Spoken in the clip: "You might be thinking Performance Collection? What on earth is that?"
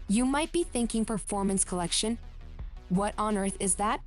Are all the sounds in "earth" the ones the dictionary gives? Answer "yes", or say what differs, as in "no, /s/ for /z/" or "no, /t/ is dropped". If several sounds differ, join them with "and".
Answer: yes